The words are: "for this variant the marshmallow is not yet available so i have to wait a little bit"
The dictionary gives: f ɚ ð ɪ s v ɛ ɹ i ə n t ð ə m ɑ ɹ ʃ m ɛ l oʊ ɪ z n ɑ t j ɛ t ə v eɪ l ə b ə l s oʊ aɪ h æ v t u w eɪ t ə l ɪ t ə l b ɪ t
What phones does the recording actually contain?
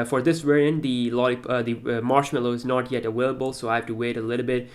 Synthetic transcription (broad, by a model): f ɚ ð ɪ s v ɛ ɹ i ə n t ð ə m ɑ ɹ ʃ m ɛ l oʊ ɪ z n ɑ t j ɛ t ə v eɪ l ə b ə l s oʊ aɪ h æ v t u w eɪ t ə l ɪ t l b ɪ t